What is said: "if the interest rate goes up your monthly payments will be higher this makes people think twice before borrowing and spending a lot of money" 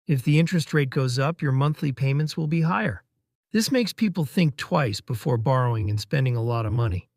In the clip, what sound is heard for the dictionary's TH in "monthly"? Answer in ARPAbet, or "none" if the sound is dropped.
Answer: TH